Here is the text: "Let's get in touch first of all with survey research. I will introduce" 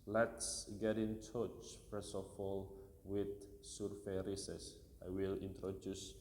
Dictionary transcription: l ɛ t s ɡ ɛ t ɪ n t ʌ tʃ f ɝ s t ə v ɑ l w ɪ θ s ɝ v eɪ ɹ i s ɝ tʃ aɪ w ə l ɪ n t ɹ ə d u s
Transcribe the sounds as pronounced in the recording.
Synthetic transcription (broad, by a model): l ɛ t s ɡ ɛ t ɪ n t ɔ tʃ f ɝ s ə f ɑ l w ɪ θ s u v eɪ ɹ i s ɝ s aɪ w ə l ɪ n t ɹ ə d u s